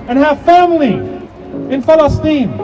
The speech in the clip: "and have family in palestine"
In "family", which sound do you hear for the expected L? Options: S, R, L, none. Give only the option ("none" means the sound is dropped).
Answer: L